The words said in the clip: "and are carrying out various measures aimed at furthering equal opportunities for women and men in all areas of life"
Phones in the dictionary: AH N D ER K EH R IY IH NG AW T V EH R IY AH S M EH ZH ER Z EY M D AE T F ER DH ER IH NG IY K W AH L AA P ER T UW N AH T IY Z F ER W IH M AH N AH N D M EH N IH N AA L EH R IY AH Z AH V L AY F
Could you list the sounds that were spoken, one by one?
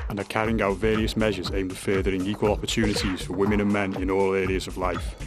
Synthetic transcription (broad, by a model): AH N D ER K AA R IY IH NG AW T V EH R IY AH S M EH ZH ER Z EY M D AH F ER DH ER IH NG IY K W AH L AA P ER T UW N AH T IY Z F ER W IH M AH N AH N M EH N IH N AA L EH R IY AH Z AH V L AY F